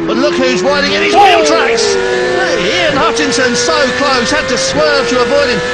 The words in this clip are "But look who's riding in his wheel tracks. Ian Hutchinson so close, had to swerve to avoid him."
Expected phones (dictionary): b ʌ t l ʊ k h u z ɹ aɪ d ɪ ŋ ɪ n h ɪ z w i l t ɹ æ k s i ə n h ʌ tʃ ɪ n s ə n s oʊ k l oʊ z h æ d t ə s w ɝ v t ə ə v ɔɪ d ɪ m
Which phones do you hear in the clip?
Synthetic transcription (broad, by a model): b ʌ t l ʊ k h u z w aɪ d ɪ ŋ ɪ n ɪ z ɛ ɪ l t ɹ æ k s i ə n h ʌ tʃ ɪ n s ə n s oʊ k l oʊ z h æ d t ə s w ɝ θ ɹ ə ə b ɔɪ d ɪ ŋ